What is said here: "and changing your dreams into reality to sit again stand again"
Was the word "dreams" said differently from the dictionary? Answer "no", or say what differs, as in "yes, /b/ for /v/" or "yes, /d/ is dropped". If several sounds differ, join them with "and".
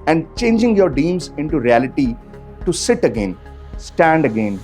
yes, /ɹ/ is dropped